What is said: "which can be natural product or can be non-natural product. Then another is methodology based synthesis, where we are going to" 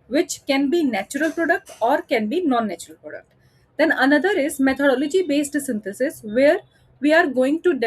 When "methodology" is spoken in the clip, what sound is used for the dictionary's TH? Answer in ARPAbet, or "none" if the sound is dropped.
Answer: T